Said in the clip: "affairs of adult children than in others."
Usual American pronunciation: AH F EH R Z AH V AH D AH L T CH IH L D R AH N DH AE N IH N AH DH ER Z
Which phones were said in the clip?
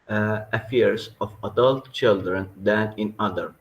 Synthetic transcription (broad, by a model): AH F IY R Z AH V AH D AH L T CH IH L D R AH N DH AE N IH N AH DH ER